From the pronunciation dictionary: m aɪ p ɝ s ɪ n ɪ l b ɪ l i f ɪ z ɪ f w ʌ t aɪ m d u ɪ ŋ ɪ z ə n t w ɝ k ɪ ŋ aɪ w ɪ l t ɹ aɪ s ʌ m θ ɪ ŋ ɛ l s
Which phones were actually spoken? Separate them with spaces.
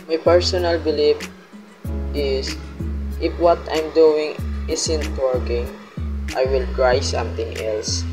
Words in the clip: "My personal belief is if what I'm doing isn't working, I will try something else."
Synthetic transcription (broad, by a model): m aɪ p ɝ s ɪ n ɪ l b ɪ l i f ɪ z ɪ f w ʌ t aɪ m d u ɪ ŋ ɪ s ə n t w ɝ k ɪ ŋ aɪ w ɪ l t ɹ aɪ s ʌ m t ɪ ŋ ɛ l s